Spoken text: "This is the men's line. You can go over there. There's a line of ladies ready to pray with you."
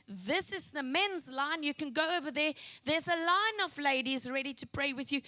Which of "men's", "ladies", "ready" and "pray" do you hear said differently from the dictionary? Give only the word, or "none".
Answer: none